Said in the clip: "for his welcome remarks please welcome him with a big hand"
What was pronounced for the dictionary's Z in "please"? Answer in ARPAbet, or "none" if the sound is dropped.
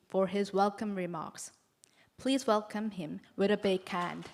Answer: Z